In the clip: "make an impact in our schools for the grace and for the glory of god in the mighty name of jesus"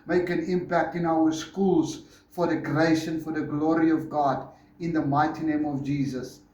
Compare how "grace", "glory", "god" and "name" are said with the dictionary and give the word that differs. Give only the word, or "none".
grace